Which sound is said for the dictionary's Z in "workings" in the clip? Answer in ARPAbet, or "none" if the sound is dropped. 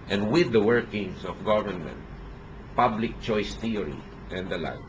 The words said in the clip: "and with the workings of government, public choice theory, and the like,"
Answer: S